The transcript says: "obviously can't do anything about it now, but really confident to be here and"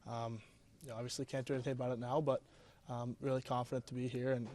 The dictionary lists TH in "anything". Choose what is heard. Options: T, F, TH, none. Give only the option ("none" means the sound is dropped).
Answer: TH